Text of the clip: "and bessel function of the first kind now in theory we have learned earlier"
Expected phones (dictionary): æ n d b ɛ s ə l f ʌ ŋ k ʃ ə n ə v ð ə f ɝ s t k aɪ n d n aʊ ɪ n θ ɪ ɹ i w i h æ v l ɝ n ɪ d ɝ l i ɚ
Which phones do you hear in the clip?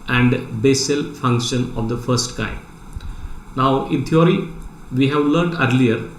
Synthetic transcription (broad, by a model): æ n d b ɛ s ə l f ʌ ŋ k ʃ ə n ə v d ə f ɝ s t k aɪ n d n aʊ ɪ n t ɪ ɹ i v i h æ v l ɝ n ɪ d l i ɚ